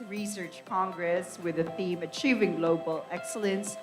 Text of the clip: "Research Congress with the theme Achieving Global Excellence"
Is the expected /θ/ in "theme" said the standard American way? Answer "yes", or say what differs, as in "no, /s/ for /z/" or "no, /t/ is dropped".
yes